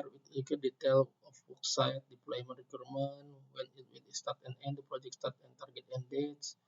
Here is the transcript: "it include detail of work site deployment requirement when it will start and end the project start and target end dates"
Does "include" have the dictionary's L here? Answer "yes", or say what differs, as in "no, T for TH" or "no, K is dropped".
no, L is dropped